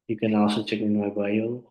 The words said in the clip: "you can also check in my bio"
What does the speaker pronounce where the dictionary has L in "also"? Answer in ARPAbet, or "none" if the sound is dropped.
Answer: none